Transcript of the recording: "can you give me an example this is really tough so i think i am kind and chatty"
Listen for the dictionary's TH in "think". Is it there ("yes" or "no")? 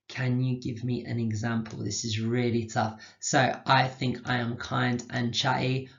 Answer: yes